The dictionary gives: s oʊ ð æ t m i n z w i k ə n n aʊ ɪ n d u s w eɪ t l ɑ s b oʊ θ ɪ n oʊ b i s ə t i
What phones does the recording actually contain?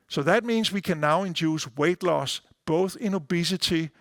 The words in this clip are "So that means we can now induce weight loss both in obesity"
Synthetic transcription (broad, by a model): s oʊ ð æ t m i n z w i k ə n n aʊ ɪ n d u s w eɪ t l ɑ s b oʊ θ ɪ n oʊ b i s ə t i